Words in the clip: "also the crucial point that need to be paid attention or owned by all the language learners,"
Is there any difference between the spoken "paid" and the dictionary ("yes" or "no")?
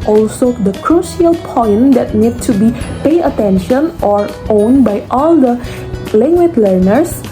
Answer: yes